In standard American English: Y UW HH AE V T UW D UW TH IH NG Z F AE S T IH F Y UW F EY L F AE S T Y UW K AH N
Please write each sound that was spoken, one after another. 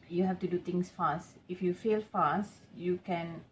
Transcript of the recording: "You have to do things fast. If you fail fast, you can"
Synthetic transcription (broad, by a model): Y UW HH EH F T UW D UW T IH NG S F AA S T IH F Y UW F EY L F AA S T Y UW K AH N